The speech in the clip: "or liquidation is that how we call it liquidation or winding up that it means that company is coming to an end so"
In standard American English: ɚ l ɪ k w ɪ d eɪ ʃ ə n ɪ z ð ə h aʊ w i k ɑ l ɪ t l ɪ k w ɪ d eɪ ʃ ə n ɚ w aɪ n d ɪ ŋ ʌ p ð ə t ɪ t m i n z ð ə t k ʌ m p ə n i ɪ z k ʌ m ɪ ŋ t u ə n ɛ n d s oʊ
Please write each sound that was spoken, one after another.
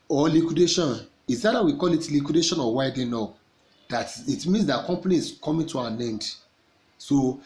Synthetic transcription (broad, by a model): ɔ l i k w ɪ d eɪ ʃ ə n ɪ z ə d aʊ w i k ɑ l ɪ t l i k w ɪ d eɪ ʃ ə n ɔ w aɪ d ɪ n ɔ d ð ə t ɪ t m i n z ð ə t k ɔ m p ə n i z k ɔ m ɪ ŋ t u ə n ɛ n d s oʊ